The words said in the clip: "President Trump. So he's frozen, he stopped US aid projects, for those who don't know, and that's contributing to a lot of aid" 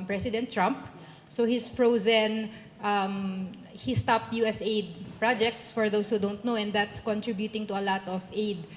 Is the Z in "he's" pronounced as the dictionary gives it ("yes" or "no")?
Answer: no